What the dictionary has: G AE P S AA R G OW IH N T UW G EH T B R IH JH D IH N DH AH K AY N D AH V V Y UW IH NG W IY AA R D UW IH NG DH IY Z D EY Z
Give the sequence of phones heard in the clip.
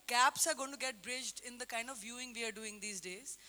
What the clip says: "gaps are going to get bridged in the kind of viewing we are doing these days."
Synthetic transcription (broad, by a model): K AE P S AA R G OW IH N T UW G EH T B R IH JH D IH N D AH K AY N D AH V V Y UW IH NG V IY AA R D UW IH NG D IY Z D EY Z